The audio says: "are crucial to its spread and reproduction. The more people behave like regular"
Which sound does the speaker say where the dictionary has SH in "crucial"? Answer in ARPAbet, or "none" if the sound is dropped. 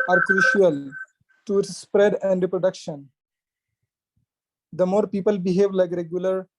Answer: SH